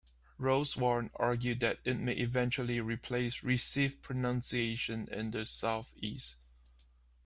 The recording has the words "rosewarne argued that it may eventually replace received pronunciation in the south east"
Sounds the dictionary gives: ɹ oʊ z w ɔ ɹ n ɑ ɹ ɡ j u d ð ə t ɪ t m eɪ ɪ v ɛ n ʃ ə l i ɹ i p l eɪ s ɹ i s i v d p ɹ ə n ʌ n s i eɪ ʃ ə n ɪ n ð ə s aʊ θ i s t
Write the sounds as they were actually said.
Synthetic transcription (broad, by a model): ɹ oʊ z w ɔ ɹ n ɑ ɹ ɡ j u d ð ə t ɪ t m eɪ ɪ v ɛ n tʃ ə l i ɹ i p l eɪ s ɹ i s i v p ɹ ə n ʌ n s i eɪ ʃ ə n ɪ n ð ə s aʊ θ i s t